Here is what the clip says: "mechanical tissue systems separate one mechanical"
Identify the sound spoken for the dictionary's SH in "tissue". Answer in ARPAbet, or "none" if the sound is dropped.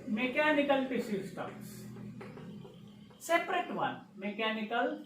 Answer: S